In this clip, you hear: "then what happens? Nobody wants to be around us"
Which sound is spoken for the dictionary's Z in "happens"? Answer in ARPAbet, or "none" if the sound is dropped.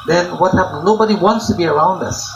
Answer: none